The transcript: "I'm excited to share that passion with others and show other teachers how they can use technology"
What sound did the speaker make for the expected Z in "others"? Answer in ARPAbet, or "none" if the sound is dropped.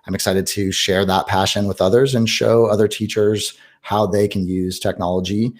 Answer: Z